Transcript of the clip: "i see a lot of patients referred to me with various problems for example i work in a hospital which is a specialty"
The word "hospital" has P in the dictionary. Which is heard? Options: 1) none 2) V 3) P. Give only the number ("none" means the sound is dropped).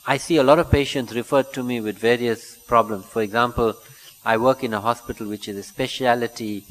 3